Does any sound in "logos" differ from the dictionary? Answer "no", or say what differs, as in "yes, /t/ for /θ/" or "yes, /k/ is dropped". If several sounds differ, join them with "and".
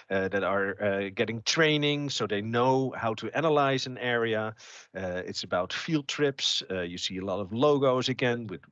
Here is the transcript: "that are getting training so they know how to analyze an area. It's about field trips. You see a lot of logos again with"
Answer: no